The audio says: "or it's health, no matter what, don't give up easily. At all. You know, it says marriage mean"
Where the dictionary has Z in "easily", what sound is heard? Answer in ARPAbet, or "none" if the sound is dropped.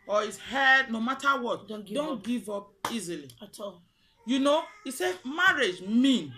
Z